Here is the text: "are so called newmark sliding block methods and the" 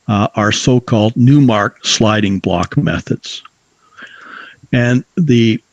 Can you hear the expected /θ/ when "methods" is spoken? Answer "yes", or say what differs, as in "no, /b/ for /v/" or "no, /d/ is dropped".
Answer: yes